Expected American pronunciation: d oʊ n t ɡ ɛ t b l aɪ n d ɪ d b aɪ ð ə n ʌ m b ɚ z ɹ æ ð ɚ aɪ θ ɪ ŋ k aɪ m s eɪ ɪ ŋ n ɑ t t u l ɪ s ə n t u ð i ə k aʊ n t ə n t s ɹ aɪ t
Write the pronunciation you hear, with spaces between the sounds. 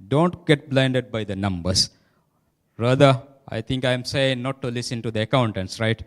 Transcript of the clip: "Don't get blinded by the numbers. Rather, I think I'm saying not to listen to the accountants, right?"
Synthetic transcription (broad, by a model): d oʊ n t ɡ ɛ t b l aɪ n d ɪ d b aɪ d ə n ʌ m b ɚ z ɹ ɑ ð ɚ aɪ t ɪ ŋ k aɪ m s eɪ ɪ ŋ n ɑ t t u l ɪ s ə n t u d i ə k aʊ n t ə n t s ɹ aɪ t